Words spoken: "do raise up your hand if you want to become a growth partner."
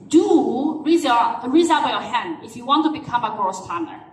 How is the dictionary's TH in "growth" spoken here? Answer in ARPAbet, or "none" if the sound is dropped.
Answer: S